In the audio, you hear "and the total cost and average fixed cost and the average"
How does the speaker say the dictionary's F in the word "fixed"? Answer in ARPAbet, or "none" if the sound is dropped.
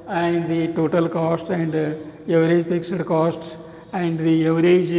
P